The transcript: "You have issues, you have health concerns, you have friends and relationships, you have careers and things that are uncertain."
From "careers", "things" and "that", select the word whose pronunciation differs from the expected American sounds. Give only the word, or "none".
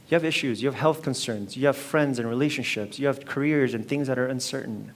none